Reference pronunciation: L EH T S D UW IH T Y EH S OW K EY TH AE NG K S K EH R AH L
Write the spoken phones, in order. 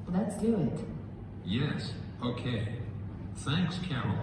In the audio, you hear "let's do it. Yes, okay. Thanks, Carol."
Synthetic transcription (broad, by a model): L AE T S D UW IH T Y EH S OW K EY TH AE NG K S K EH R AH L